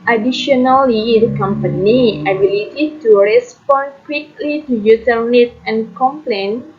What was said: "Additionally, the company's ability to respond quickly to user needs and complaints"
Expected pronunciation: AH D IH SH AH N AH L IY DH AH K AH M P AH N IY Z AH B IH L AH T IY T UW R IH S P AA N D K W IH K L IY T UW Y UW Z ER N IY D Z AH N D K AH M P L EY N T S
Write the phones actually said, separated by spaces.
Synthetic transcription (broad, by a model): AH D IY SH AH N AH L IY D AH K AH M P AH N IY AH B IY L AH T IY T UW R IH S P AA N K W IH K L IY T UW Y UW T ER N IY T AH N K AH M P L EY N